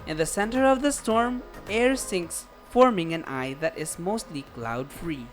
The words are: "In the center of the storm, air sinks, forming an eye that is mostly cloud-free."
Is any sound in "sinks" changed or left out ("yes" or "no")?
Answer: no